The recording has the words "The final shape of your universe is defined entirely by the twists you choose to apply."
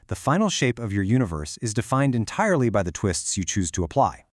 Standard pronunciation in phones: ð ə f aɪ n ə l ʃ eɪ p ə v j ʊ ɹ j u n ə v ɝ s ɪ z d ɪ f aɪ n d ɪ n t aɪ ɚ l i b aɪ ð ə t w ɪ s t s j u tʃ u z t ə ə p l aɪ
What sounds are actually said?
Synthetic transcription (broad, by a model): ð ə f aɪ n l ʃ eɪ p ə v j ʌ ɹ j u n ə v ɝ s ɪ z d ɪ f aɪ n d ɪ n t aɪ ɚ l i b aɪ ð ə t w ɪ s t s j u tʃ u z t ə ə p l aɪ